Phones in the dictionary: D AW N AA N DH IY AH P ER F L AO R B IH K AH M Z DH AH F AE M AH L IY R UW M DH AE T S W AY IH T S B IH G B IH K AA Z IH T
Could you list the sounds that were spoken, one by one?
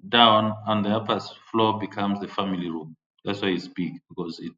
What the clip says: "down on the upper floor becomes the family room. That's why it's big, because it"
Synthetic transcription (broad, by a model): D AW N AA N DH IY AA P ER F L AO B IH K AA M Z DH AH F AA M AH L IY R UW M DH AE T S W AY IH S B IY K B IH K AA Z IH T